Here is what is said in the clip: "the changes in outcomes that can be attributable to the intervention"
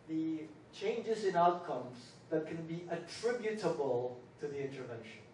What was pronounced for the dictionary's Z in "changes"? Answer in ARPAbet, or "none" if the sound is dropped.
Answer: Z